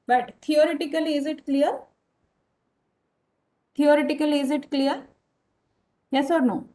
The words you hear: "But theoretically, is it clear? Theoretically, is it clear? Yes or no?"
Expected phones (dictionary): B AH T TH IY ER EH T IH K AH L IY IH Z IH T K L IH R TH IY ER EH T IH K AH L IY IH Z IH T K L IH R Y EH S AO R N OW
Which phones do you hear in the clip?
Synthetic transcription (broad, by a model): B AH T T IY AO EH T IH K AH L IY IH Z IH T K L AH R T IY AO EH T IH K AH L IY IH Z IH T K L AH R Y EH S AO R N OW